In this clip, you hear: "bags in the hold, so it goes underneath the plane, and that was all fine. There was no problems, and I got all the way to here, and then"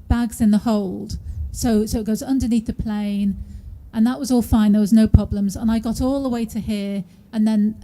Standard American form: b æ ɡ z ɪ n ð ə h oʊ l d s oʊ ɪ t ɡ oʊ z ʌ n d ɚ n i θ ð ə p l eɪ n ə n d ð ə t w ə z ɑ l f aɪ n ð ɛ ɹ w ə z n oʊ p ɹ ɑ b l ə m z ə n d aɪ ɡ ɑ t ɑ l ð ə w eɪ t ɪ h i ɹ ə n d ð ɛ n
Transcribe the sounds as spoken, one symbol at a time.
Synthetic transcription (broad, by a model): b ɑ ɡ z ɪ n ð ə h oʊ l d s oʊ ɪ t ɡ oʊ z ʌ n d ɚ n i θ ð ə p l eɪ n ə n ð ə t w ə z ɑ l f aɪ n ð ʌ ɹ w ə z n oʊ p ɹ ɑ b l ə m z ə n aɪ ɡ ɑ t ɑ l ð ə w eɪ t ɪ h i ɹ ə n ð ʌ n